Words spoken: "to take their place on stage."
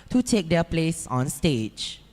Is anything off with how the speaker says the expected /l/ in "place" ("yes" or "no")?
no